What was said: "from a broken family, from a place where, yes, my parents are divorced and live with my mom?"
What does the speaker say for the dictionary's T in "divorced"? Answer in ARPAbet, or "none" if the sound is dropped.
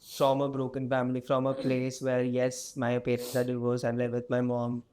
none